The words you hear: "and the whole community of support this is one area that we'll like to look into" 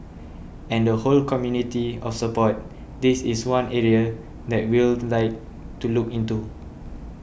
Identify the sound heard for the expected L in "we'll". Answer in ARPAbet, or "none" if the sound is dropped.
L